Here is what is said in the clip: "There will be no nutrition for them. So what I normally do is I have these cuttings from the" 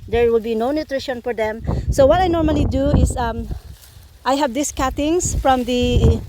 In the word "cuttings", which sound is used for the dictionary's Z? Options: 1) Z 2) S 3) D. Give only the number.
2